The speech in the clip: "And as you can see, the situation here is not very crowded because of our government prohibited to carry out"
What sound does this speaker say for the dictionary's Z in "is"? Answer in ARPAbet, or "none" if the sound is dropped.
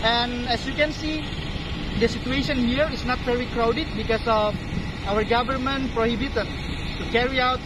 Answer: S